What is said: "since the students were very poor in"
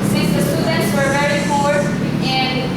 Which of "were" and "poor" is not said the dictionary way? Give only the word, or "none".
poor